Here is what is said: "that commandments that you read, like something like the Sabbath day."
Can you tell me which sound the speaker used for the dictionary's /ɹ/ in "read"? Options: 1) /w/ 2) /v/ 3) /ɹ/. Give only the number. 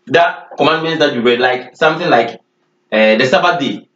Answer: 1